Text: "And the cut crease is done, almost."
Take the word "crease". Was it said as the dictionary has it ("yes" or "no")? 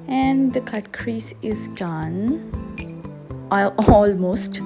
yes